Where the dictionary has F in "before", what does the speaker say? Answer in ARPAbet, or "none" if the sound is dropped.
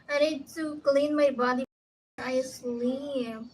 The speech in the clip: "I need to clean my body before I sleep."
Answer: none